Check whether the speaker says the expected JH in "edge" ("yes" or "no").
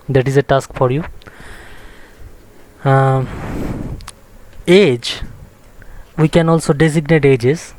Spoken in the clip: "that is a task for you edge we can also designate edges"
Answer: yes